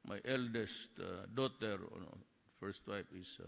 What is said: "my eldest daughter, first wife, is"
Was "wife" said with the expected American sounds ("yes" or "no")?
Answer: no